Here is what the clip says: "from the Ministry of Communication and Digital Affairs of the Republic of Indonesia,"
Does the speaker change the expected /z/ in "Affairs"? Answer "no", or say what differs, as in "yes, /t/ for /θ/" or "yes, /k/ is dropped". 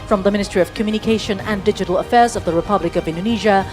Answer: no